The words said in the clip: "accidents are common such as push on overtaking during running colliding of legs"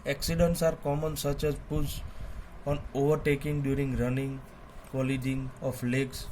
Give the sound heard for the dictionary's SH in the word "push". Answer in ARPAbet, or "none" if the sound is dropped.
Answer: S